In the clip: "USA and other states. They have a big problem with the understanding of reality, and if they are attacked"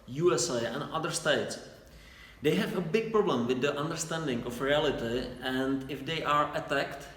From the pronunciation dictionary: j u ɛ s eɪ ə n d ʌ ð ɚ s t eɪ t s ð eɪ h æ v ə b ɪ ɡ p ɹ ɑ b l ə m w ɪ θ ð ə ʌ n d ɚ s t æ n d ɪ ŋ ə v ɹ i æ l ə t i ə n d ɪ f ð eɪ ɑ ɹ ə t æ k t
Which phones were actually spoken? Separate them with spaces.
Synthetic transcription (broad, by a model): j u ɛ s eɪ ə n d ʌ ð ɚ s t eɪ t s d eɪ h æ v ə b ɪ ɡ p ɹ ɑ b l ə m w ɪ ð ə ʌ n d ɚ s t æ n d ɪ ŋ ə f ɹ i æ l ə t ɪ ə n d ɪ f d eɪ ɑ ɹ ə t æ k t